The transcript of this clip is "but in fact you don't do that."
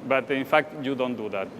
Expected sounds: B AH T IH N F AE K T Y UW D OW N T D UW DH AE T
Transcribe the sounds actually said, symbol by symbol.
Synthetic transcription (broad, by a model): B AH T IH N F AE K T Y UW D OW N T D UW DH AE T